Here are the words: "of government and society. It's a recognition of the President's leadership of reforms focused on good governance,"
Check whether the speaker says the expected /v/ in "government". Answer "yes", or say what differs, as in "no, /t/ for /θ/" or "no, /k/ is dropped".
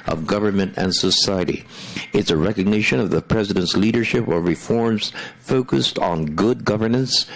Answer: yes